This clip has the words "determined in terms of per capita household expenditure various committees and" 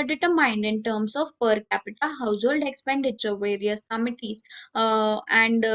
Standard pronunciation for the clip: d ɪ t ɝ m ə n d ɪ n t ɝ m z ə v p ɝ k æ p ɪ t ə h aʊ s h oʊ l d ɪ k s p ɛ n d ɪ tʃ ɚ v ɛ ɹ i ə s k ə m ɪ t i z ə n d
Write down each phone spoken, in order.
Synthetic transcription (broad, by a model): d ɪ t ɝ m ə n d ɪ n t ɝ m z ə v p ɝ k æ p ɪ t ə h aʊ s h oʊ l d ɪ k s p ɛ n d ɪ tʃ ɚ v ɛ ɹ i ə s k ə m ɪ t i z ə n d